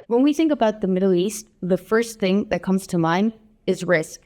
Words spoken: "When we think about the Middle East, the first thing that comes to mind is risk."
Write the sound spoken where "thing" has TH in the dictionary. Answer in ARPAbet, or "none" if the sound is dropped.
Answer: TH